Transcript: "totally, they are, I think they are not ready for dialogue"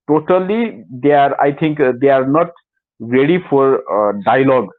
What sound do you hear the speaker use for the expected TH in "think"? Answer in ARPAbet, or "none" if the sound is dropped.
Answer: T